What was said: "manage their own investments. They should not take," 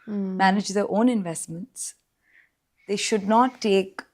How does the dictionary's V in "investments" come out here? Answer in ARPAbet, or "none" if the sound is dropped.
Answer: V